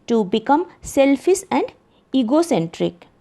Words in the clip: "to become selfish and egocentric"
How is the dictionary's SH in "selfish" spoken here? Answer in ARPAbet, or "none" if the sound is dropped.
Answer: S